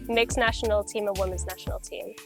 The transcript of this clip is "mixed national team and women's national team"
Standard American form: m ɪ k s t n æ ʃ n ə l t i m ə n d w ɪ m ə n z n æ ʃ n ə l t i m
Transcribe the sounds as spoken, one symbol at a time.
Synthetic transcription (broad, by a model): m ɪ k s n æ ʃ n l t i m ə w ɪ m ə n z n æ ʃ n l t i m